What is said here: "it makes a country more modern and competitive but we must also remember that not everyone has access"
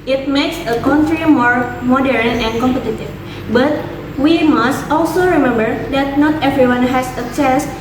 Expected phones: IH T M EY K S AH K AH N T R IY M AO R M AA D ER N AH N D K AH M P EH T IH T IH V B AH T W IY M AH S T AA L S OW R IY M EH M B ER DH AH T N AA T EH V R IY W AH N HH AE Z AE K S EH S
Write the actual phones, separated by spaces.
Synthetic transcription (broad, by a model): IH T M EY K S AH K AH N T R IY M AO R M AA D ER N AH N K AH M P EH T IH T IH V B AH T W IY M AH S T AA L S OW R IY M EH M B ER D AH T N AA T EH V R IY W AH N HH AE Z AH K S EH S